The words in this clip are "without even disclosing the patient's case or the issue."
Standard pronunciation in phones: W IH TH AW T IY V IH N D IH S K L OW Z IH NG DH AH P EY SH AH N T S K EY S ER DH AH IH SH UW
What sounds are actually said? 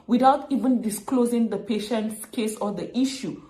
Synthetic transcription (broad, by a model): W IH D AW T IY V IH N D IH S K L OW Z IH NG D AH P EY SH AH N T S K EY S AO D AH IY SH UW